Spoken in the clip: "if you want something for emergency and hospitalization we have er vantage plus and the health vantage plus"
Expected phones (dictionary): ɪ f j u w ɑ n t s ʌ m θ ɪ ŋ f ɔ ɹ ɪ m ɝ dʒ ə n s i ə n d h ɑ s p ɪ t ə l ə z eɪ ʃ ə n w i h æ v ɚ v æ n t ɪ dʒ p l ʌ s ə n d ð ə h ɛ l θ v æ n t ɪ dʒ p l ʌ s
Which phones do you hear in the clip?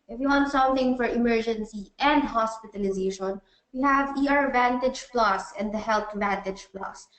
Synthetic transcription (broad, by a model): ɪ f j u w ɑ n t s ʌ m θ ɪ ŋ f ɔ ɹ ɪ m ɝ dʒ ə n s i ə n d h ɑ s p ɪ t ə l ə z eɪ ʃ ə n w i h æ v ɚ v æ n t ɪ dʒ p l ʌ s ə n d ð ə h ɛ l t v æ n t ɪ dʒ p l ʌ s